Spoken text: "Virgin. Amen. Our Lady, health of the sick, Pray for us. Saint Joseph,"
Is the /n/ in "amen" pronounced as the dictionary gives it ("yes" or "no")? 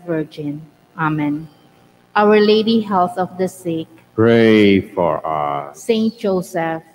yes